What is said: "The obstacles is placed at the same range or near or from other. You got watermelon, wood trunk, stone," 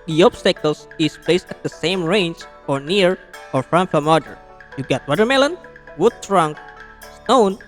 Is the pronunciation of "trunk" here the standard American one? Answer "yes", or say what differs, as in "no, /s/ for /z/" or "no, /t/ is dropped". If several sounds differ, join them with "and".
yes